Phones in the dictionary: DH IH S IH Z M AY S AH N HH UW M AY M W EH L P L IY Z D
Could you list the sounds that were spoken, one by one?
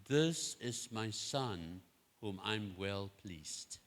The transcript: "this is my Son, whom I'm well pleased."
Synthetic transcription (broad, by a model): DH IH S IH Z M AY S AH N HH UW M AY M W EH L P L IY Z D